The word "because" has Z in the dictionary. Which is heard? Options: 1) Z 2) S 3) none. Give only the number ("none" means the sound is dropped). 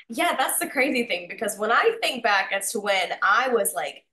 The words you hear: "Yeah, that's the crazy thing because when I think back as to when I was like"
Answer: 1